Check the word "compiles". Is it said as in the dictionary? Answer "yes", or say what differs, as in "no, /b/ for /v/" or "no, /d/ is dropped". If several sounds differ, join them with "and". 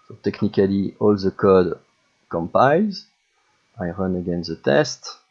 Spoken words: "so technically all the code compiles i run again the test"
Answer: yes